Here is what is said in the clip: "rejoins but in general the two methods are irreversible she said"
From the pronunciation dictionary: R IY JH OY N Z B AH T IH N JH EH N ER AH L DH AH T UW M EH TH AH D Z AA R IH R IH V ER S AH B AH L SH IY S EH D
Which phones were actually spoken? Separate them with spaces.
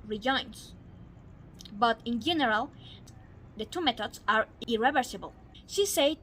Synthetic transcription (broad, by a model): R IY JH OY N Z B AH T IH N JH EH N ER AH L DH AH T UW M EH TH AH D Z AA R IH R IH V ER S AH B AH L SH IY S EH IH